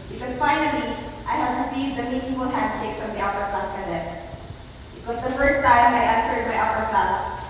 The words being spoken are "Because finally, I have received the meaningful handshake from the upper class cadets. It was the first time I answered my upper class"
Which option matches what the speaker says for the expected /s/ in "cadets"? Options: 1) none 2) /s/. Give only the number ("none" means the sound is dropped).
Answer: 1